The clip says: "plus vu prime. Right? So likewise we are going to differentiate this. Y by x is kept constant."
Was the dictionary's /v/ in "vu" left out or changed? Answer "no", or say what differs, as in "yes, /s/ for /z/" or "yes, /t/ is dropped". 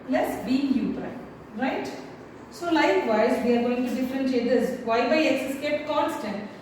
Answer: yes, /b/ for /v/